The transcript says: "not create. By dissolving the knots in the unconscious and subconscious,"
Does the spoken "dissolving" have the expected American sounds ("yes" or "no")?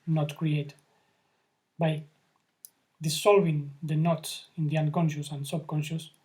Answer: no